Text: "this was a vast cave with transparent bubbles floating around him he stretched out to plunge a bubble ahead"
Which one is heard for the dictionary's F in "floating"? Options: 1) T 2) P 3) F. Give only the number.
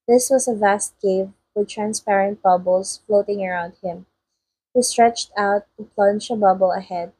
3